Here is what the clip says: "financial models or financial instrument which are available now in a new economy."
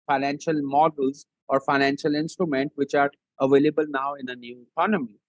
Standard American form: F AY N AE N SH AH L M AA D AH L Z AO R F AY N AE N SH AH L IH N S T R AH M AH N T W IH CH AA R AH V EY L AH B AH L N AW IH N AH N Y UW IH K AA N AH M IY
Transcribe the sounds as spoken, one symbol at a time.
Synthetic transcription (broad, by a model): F AY N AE N SH AH L M AA D AH L Z AO R F AY N AE N SH AH L IH N S T R AH M AH N T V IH CH AA R AH V EY L AH B AH L N AW IH N AH N Y UW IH K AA N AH M IY